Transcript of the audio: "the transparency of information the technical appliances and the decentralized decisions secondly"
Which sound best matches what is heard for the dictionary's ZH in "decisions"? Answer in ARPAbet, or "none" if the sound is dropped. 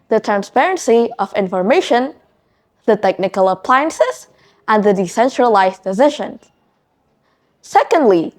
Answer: SH